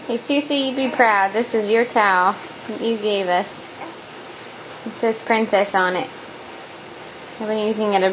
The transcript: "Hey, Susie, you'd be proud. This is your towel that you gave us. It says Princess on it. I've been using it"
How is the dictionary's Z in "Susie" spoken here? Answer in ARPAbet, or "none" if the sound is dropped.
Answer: S